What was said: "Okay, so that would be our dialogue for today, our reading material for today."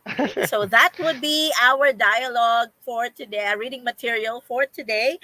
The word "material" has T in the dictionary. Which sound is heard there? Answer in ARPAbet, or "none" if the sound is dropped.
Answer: T